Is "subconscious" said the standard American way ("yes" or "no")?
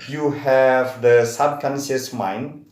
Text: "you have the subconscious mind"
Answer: no